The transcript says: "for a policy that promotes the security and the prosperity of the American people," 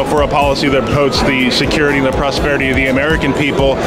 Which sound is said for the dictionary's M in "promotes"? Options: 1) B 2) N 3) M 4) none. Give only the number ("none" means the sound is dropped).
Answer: 4